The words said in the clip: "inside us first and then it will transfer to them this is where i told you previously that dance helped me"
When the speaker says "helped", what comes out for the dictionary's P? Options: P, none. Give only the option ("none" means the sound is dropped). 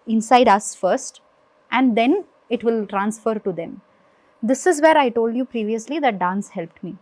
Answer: P